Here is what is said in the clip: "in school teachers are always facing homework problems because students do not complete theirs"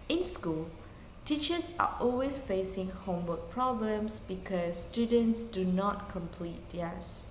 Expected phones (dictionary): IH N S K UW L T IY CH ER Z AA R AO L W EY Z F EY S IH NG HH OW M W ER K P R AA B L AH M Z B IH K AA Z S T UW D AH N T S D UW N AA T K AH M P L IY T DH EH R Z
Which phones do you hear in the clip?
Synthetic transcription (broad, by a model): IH N S K UW L T IY CH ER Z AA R AO L W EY S F EY S IH NG HH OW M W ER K P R AA B L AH M S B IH K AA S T UW D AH N T S D UW N AA T K AH M P L IY T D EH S